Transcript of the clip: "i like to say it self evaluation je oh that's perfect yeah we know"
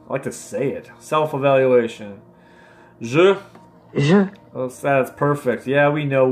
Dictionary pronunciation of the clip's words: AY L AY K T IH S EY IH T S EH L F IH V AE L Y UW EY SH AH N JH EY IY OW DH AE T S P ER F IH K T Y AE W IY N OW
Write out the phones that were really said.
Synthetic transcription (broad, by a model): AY L AY K T IH S EY IH T S EH L F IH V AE L Y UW EY SH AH N ZH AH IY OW DH AE T S P ER F IH K T Y AE W IY N OW